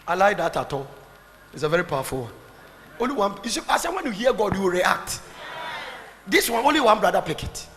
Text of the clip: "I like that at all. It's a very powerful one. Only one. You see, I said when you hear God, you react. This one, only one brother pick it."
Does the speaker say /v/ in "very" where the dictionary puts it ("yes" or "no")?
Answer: yes